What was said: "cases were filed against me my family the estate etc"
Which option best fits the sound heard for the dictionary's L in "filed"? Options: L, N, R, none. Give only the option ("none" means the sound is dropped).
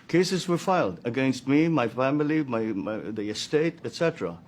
L